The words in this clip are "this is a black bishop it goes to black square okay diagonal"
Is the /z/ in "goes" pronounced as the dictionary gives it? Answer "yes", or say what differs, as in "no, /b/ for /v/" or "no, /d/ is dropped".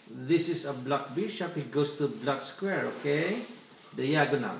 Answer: no, /s/ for /z/